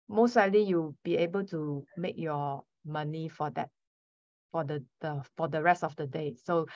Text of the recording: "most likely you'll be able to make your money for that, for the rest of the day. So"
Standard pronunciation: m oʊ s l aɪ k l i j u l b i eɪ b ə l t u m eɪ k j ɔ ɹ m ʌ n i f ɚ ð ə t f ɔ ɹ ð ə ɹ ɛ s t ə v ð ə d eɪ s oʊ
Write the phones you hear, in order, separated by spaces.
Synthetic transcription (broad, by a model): m oʊ s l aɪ l i j u b i eɪ b ə l t u m eɪ k j ɔ m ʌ n i f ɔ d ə t f ɔ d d ə ɹ ɛ s t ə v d ə d eɪ s oʊ